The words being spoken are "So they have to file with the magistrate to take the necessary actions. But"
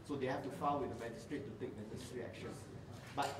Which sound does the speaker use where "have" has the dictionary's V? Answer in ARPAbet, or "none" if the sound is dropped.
F